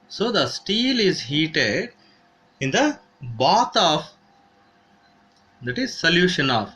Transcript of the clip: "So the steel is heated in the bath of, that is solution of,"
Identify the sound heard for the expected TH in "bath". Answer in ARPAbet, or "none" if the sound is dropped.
T